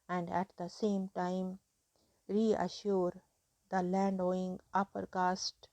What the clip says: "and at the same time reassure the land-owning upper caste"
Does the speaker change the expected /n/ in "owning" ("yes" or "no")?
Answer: yes